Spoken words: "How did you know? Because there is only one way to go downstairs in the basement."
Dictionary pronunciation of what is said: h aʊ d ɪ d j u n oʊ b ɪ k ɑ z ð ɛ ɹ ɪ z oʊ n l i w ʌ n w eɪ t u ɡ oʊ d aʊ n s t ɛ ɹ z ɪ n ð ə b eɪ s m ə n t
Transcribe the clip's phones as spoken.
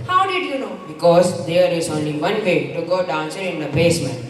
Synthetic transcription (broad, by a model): h aʊ d ɪ d j u n oʊ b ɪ k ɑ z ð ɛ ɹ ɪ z oʊ n l i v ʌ n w eɪ t u ɡ oʊ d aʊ n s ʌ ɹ ɪ n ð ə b eɪ s m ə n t